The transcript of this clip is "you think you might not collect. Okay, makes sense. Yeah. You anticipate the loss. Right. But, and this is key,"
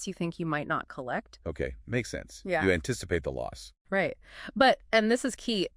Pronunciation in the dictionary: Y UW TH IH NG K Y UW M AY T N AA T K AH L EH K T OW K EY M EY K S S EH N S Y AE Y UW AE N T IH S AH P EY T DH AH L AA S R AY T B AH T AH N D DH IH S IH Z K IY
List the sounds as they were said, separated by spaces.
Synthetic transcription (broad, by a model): Y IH TH IH NG K Y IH M AY T N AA T K AH L EH K T OW K EY M EY K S S EH N S Y AE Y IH AE N T IH S AH P EY T DH AH L AA S R AY T B AH T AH N DH IH S IH Z K IY